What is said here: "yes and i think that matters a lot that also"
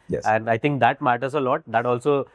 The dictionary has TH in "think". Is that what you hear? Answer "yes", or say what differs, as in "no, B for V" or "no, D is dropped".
no, T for TH